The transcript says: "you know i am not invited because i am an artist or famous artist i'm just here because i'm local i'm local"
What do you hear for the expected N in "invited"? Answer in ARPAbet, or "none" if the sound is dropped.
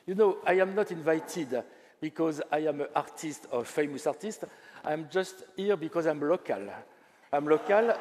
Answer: N